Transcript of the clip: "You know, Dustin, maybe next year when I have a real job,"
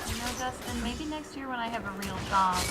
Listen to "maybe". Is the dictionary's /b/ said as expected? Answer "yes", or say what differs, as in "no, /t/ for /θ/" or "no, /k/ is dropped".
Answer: yes